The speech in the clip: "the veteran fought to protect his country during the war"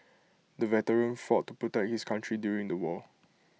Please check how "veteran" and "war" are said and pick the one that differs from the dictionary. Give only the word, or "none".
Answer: war